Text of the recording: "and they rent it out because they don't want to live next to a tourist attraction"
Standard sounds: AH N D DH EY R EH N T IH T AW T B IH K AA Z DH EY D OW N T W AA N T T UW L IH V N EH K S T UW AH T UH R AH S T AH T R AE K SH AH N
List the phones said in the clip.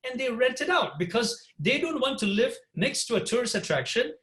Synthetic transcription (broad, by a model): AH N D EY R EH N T IH T AW T B IH K AA Z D EY D OW N T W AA N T T UW L IH V N EH K S T UW AH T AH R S AH T R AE K SH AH N